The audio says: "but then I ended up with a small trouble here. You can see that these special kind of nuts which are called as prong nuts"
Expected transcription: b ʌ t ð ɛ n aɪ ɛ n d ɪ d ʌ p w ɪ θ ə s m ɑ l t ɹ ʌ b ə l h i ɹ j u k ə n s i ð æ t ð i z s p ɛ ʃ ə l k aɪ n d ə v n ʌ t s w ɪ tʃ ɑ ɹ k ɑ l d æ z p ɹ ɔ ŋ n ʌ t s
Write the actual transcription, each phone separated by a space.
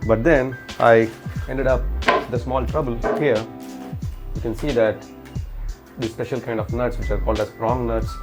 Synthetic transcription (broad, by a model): b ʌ t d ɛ n aɪ ɛ n d ɪ d ʌ p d ə s m ɑ l t ɹ ʌ b ə l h i ɹ j u k ə n s i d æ t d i s p ɛ ʃ ə l k aɪ n d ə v n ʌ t s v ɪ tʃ ɑ ɹ k ɑ l d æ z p ɹ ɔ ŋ n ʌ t s